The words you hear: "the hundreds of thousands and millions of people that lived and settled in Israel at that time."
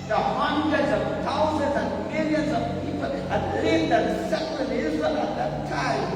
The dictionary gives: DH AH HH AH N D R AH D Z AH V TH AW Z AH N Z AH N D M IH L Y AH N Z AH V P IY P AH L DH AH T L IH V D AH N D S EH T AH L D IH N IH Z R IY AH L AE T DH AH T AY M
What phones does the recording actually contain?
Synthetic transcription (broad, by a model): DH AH HH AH N D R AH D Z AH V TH AW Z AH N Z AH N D M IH L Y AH N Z AH V P IY P AH L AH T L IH D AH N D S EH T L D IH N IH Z IY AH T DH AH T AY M